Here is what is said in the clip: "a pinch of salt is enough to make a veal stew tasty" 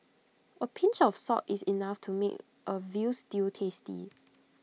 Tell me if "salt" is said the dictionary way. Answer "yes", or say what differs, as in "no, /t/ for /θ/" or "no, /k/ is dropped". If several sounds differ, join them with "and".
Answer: no, /l/ is dropped